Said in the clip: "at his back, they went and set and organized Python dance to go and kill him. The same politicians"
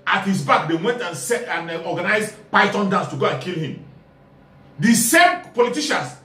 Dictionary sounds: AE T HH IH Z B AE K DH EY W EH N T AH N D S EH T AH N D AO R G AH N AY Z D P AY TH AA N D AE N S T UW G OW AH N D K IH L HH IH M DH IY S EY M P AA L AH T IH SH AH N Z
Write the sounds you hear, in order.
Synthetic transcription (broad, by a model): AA T HH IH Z B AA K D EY W EH N T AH N S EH AH N AO G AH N AY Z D P AY T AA N D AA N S T UW G OW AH N K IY L HH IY M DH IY S EY M P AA L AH T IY SH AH N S